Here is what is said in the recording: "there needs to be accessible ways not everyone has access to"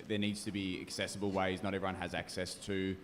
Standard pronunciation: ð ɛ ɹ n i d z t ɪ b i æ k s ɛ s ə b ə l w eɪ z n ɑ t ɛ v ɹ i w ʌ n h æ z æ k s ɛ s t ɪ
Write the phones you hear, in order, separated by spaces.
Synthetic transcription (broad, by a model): ð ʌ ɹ n i d z t ɪ b i æ k s ɛ s ə b ə l w eɪ z n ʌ t ɛ v ɹ i w ʌ n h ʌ z æ k s ɛ s t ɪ